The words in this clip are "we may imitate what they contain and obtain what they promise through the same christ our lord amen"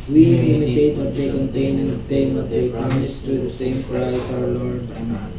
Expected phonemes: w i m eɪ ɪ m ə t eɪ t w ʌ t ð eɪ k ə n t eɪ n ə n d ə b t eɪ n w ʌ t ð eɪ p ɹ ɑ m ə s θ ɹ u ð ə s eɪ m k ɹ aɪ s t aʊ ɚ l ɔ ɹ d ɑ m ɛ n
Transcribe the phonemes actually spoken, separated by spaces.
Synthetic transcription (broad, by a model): w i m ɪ m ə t eɪ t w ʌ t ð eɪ k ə n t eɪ ə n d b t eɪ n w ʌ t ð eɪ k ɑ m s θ ɹ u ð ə s eɪ m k ɹ aɪ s aʊ ɚ l ɔ ɹ d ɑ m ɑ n